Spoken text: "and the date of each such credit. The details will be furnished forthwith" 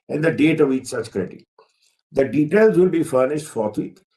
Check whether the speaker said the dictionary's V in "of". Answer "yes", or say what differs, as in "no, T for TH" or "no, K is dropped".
yes